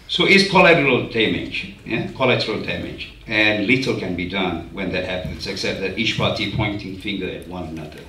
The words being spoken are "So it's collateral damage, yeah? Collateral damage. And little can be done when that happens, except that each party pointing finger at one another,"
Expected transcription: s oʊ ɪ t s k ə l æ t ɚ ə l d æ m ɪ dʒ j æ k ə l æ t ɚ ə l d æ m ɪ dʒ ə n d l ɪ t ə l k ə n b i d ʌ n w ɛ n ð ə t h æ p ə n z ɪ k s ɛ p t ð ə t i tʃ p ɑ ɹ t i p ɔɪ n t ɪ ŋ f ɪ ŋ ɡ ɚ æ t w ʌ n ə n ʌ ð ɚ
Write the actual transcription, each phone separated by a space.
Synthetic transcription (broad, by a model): s oʊ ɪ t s k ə l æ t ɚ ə l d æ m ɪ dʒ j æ k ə l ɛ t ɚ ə l d æ m ɪ dʒ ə n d l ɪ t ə l k ə n b i d ʌ n w ɛ n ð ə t h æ p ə n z ɪ k s ɛ p t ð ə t i tʃ p ɑ ɹ t i p ɔɪ n t ɪ ŋ f ɪ ŋ ɡ ɚ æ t w ʌ n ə n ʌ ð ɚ